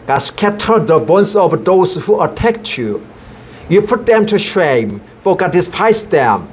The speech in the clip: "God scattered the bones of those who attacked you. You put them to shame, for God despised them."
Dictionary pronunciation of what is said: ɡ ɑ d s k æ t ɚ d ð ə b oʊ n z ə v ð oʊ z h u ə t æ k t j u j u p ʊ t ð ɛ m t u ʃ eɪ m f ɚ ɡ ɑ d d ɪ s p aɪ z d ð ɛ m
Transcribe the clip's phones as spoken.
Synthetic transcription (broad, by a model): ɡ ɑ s k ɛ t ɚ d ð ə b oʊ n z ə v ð oʊ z h u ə t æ k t j u j u p ʊ t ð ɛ m t u ʃ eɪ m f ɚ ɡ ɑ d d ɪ s p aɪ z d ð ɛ m